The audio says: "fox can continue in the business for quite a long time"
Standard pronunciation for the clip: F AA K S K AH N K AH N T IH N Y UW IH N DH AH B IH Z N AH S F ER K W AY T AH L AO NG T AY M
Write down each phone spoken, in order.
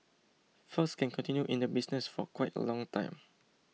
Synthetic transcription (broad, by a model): F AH S K AH N K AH N T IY N Y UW IH N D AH B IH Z N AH S F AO K W AY T AH L AO NG T AY M